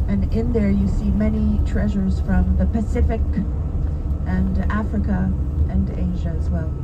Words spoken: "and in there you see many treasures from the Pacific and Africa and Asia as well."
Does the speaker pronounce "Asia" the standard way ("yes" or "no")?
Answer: yes